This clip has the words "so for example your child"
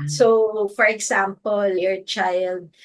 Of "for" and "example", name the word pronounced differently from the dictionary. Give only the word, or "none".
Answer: example